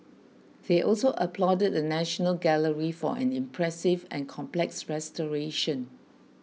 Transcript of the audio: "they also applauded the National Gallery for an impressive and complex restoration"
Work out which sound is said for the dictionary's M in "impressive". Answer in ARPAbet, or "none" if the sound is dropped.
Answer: M